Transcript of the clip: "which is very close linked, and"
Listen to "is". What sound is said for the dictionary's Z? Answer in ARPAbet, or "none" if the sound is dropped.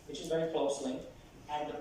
Z